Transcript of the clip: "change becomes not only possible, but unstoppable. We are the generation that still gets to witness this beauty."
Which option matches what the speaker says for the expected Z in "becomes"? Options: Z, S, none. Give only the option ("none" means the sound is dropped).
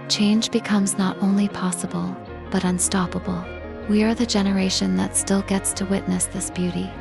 Z